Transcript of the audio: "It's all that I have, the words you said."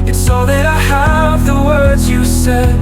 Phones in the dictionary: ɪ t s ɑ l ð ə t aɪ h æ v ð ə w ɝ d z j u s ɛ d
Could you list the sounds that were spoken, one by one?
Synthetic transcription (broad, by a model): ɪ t s ɑ l ð ə t aɪ h æ v ð ə w ɝ d z j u s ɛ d